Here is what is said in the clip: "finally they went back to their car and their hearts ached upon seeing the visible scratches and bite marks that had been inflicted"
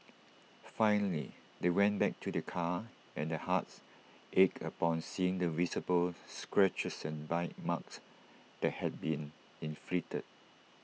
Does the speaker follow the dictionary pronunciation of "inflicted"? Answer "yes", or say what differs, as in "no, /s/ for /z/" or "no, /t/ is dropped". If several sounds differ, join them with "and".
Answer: no, /k/ is dropped